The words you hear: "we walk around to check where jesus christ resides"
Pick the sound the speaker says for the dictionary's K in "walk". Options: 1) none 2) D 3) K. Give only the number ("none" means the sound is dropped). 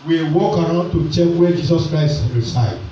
3